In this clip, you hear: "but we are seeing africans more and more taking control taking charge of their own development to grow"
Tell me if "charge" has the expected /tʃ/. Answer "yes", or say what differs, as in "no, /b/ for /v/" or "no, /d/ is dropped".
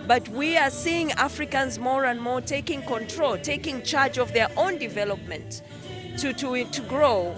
yes